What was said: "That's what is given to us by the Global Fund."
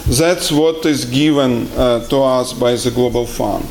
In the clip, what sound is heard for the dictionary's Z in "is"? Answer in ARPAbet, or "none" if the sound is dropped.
Z